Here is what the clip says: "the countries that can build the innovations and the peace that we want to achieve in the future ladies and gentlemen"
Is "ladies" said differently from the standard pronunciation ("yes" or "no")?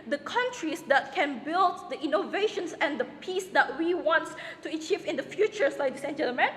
yes